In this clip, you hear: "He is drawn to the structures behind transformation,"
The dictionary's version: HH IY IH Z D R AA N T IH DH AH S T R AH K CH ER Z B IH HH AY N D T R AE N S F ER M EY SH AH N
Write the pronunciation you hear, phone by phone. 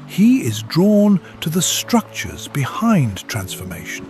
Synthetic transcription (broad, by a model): HH IY IH Z D R AA N T IH DH AH S T R AH K CH ER Z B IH HH AY N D T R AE N S F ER M EY SH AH N